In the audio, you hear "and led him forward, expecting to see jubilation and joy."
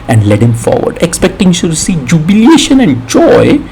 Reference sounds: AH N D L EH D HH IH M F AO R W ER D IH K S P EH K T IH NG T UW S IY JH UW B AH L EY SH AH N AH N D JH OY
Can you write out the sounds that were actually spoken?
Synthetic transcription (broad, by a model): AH N D L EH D HH IH M F AO R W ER D IH K S P EH K T IH NG S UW S IY JH UW B AH L EY SH AH N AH N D JH OY